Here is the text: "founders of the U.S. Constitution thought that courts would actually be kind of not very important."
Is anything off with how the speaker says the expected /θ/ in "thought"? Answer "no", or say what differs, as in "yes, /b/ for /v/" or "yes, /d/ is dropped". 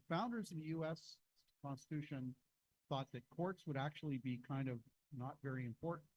no